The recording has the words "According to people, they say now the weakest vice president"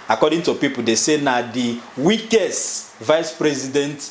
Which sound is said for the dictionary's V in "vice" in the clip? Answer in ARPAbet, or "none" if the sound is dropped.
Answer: V